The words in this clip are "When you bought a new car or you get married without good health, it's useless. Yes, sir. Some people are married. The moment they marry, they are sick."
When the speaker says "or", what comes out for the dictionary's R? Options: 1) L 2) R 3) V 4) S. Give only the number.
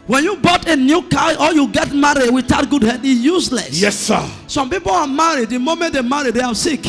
1